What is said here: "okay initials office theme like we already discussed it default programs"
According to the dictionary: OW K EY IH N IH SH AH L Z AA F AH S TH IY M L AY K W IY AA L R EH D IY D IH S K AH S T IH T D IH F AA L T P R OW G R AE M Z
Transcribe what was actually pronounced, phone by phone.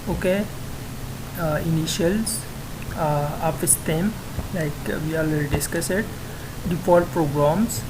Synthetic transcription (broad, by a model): OW K EY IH N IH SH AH L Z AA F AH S T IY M L AY K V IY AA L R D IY D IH S K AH S IH T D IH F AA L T P R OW G R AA M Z